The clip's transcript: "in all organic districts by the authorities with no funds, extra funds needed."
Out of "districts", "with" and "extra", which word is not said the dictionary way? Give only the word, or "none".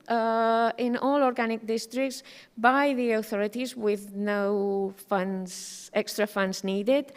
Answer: none